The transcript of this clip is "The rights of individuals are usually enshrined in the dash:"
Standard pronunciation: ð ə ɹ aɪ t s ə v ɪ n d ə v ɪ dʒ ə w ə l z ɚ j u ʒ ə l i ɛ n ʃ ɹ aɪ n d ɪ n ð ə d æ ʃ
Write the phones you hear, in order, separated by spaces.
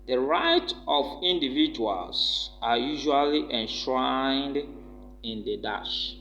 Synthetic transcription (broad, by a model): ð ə ɹ aɪ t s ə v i n d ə v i dʒ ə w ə l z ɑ j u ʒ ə l i ɛ n ʃ ɹ aɪ n d ɪ n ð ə d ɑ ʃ